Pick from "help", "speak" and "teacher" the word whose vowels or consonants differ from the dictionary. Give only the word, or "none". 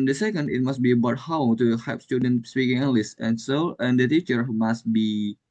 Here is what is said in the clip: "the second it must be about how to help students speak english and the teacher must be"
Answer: help